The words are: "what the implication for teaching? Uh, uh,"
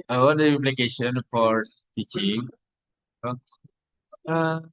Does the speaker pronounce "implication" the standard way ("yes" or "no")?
no